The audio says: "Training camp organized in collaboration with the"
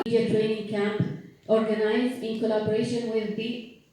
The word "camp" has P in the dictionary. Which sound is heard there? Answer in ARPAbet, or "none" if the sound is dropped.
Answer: P